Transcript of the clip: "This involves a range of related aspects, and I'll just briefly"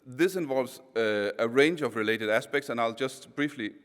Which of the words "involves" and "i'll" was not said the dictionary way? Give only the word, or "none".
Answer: none